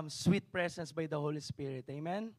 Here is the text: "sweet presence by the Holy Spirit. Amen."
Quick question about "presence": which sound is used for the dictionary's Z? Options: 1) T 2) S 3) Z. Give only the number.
2